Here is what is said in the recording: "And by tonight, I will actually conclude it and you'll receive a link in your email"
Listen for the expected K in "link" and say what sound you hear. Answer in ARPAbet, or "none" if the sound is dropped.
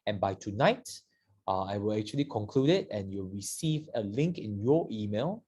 K